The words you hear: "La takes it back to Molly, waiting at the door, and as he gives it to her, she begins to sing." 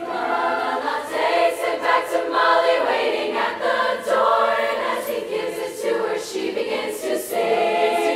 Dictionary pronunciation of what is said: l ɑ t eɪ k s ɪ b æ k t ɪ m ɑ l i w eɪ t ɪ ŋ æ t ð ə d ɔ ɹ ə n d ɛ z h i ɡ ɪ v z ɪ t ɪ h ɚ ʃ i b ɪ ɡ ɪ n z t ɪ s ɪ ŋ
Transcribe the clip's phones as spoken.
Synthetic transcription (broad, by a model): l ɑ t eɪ s ɪ b æ k t ɪ m ɑ l i w eɪ t ɪ ŋ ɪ t ð ə d ɔ ɹ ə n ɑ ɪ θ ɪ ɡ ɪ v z ɪ t ɪ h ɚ ʃ i b ɪ ɡ ɪ n z t ɪ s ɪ